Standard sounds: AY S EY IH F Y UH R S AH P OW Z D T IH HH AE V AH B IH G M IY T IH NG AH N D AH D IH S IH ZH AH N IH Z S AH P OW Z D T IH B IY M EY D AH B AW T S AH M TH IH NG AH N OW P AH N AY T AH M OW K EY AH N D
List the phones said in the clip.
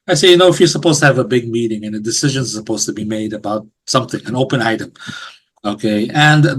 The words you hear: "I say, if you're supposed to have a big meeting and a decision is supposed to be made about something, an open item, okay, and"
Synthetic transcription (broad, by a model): AY S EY IH F Y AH R S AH P OW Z T IH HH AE V AH B IH G M IY T IH NG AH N AH D IH S IH ZH AH N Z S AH P OW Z T IH B IY M EY D AH B AW T S AH M TH IH NG AH N OW P AH N AY T AH M OW K EY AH N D